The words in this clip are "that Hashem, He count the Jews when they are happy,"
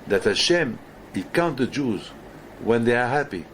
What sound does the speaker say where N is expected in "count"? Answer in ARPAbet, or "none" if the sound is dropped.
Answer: N